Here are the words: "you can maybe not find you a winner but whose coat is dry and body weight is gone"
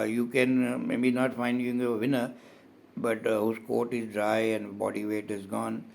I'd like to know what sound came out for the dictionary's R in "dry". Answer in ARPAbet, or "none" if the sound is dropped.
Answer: R